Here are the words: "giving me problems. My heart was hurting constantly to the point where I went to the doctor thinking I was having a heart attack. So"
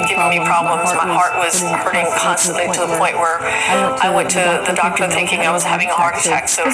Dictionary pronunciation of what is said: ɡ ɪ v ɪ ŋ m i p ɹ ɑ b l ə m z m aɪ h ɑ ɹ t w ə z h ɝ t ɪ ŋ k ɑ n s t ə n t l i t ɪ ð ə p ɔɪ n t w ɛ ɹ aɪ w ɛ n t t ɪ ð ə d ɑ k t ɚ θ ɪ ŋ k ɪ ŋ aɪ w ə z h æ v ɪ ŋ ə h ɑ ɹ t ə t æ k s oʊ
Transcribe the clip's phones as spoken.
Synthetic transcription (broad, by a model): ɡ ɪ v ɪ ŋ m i p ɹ ɑ b l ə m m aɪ h ɑ ɹ t w ə z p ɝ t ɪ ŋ k ɑ n s t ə n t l i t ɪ ð ə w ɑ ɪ t w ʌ ɹ aɪ w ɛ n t t ɪ ð ə d ɑ k t ɚ θ ɪ ŋ k ɪ ŋ aɪ w ə z h æ v ɪ ŋ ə h ɑ ɹ t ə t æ k s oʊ